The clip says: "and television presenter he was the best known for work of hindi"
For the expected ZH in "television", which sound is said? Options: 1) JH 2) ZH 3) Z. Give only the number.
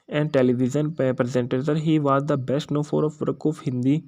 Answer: 3